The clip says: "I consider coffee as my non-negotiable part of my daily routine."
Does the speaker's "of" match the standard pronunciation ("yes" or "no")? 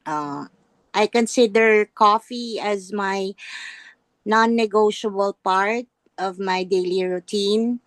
yes